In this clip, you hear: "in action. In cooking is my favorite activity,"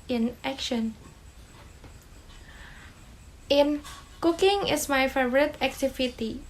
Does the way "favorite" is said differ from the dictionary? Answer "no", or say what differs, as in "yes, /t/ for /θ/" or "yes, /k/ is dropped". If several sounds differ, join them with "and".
no